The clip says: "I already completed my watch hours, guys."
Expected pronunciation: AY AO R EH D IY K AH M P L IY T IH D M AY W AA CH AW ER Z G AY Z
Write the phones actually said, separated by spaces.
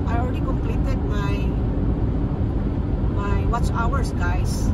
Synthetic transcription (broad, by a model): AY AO L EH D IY K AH M P L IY T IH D M AY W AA S AW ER S G AY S